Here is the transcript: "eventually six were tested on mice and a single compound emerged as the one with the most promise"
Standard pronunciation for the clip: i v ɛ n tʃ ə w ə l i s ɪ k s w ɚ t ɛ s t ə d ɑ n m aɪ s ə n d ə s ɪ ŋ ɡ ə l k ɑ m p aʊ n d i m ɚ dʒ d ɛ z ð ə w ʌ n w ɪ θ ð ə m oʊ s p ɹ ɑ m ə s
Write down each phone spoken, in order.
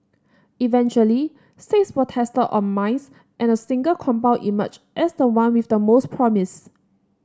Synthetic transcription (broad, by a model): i v ɛ n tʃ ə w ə l i s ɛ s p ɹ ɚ t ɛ s t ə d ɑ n m aɪ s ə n ə s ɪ ŋ ɡ ə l k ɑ m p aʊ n i m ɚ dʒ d ɛ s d ə w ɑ n w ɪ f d ə m oʊ s p ɹ ɑ m ə s